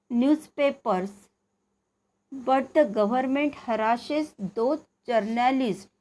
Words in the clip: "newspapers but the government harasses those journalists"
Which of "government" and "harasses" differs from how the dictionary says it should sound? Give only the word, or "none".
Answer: harasses